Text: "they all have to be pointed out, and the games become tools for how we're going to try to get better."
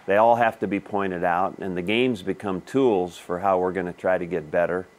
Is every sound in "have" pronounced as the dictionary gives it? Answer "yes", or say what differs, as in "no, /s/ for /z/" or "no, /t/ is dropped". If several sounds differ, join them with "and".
no, /f/ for /v/